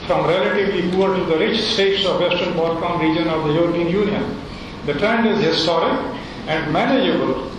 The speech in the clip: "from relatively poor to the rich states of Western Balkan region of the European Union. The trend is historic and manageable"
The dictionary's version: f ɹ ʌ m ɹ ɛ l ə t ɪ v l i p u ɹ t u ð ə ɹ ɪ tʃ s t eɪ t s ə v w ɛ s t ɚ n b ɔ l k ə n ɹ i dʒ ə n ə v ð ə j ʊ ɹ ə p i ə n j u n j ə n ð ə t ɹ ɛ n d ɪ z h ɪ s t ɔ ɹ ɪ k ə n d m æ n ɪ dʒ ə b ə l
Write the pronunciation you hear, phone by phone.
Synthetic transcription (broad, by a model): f ɹ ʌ m ɹ ɛ l ə t ɪ v l i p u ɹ t u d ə ɹ ɪ tʃ s t eɪ t s ə v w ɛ s t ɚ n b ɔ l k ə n ɹ i dʒ ə n ə v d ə j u ɹ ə p i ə n j u n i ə n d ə t ɹ ɛ n d ɪ z h ɪ s t ɔ ɹ ɪ k ə n d m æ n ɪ dʒ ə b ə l